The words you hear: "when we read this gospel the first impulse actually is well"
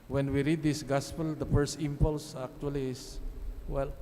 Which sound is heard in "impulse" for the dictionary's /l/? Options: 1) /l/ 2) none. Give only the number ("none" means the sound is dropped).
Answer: 1